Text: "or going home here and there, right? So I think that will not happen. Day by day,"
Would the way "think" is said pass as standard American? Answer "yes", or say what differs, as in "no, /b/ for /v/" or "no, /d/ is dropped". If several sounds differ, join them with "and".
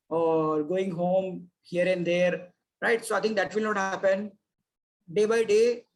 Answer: no, /t/ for /θ/